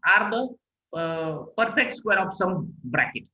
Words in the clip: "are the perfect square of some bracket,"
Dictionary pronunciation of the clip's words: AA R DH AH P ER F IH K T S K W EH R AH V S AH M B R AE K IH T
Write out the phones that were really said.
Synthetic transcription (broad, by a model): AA R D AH P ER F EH K T S K W EH R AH F S AH M B R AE K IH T